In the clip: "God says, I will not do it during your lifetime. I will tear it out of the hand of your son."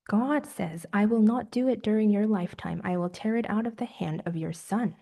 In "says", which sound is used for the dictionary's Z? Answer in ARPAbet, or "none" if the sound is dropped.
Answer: Z